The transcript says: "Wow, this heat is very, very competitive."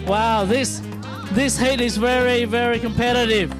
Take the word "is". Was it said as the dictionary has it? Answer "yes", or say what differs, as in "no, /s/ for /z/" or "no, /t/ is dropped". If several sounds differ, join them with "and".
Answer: yes